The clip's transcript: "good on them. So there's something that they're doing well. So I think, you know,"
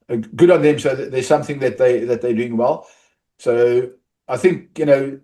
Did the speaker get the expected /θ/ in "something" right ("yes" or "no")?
yes